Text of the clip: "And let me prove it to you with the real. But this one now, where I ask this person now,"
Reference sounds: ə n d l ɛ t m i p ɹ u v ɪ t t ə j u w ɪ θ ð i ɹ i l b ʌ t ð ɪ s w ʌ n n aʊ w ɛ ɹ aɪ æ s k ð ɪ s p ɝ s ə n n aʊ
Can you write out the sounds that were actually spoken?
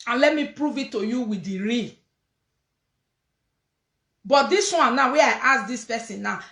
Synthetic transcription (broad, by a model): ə n l ɛ t m i p ɹ u v ɪ t t ə j u w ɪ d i ɹ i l b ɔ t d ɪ s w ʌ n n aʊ w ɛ aɪ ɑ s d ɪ s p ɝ s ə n n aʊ